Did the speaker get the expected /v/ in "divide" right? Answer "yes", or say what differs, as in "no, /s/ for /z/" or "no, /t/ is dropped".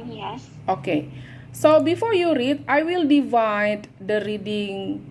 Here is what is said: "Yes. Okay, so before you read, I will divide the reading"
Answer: yes